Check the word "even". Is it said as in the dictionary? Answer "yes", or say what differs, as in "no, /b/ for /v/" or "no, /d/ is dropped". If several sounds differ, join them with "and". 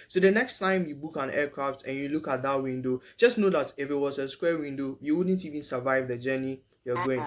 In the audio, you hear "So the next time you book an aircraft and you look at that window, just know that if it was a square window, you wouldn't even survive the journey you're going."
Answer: yes